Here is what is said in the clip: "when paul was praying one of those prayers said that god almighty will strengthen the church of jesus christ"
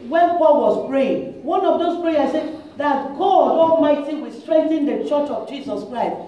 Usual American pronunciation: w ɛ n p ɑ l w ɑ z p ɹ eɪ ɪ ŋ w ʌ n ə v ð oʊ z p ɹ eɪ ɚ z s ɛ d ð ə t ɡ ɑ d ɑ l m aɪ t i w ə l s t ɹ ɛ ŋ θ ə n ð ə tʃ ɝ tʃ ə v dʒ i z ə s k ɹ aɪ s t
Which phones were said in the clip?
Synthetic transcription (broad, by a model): w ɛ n p ɑ l w ɑ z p ɹ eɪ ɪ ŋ w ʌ n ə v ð oʊ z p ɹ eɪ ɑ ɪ s ɛ d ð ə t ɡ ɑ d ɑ m aɪ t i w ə s t ɹ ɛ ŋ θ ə n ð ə tʃ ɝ tʃ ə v dʒ i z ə s k ɹ aɪ s t